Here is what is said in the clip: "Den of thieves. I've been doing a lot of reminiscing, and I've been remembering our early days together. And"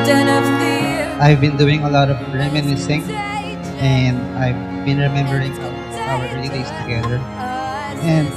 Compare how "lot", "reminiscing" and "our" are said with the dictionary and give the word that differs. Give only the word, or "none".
none